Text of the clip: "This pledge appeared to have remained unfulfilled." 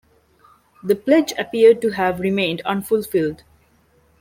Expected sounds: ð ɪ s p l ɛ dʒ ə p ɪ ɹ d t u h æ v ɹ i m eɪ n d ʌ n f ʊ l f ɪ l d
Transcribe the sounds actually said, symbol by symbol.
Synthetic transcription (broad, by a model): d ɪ p l ɛ dʒ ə p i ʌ d t u h æ v ɹ i m eɪ n d ʌ n f ʊ l f ɪ l d